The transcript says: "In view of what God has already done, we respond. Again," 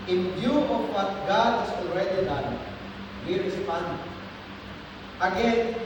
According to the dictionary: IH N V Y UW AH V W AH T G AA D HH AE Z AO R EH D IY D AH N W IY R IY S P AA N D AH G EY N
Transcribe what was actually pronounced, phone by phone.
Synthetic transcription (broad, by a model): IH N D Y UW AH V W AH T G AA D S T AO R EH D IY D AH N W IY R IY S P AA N AH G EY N